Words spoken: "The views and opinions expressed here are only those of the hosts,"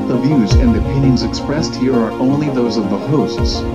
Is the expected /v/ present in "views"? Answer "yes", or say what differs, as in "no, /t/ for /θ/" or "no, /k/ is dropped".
yes